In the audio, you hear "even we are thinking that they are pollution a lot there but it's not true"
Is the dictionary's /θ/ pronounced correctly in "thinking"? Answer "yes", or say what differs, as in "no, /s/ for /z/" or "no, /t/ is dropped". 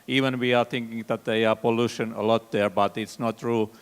no, /t/ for /θ/